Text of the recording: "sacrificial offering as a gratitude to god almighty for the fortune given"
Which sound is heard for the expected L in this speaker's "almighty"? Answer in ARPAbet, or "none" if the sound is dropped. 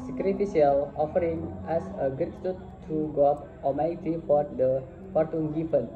none